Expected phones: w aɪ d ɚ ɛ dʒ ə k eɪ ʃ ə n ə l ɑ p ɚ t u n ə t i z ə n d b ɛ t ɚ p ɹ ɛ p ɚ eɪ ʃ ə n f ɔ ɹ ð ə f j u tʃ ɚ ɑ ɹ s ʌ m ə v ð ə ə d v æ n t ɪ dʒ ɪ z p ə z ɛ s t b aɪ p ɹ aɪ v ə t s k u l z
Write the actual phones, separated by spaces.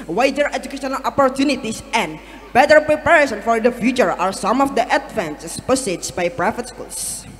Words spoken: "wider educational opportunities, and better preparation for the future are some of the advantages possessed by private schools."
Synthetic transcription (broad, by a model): w aɪ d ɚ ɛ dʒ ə k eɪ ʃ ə n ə l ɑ p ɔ t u n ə t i s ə n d b ɛ t ɚ p ɹ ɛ p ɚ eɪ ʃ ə n f ɔ ɹ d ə f j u tʃ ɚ ɑ ɹ s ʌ m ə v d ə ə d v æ n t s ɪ s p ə s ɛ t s b aɪ p ɹ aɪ f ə t s k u l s